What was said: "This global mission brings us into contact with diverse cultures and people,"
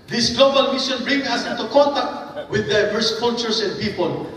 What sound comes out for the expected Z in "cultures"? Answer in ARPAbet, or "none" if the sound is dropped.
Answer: S